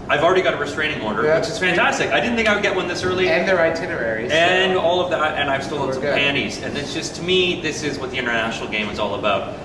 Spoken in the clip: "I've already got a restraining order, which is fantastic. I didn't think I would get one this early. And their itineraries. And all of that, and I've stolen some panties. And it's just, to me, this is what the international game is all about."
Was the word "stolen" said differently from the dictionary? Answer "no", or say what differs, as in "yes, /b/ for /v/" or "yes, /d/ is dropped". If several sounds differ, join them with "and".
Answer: yes, /l/ is dropped and /l/ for /n/